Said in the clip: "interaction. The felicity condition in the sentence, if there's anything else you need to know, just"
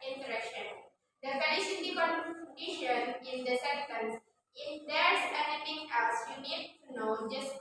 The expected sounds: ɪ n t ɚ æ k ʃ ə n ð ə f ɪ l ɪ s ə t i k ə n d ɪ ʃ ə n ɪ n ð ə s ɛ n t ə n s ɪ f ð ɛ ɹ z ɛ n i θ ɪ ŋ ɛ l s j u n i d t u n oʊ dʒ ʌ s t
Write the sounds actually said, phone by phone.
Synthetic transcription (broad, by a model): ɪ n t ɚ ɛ k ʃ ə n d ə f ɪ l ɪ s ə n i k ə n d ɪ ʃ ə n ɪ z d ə s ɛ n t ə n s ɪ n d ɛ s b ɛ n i f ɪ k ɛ s j u n i d t u n oʊ dʒ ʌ s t